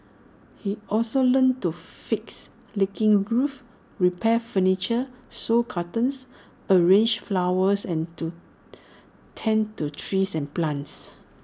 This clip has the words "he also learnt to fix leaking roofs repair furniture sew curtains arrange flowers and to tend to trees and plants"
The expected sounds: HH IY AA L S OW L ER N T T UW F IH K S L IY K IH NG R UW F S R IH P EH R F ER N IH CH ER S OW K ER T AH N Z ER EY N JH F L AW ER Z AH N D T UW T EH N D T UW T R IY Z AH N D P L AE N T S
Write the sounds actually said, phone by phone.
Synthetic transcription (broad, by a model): HH IY AA L S OW L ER N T T UW F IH K S L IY K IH NG R UW F R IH P EH F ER N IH CH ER S OW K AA T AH N S ER EY N JH F L AW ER S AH N T UW T EH N T UW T R IY S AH N P L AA N T S